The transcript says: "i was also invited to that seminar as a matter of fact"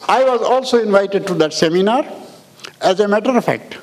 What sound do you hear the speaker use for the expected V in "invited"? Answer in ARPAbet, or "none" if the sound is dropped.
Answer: V